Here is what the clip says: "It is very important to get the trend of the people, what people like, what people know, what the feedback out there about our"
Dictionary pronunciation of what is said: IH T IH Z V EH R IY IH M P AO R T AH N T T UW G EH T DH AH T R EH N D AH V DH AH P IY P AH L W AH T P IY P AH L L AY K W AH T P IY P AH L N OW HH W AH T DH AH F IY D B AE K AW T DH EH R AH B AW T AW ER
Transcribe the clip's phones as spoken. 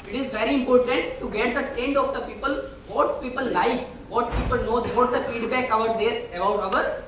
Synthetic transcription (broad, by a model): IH T IH Z V EH R IY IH M P AO R T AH N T T UW G EH T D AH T EH N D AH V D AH P IY P AH L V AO T P IY P AH L L AY K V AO T P IY P AH L N OW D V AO T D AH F IY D B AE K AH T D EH R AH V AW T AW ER